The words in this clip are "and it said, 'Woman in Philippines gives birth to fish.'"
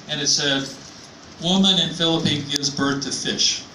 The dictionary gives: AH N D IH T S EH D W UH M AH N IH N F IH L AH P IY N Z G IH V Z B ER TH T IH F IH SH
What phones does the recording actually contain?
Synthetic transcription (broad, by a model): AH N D IH T S EH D W UH M AH N IH N F IH L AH P IY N G IH V Z B ER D T IH F IH SH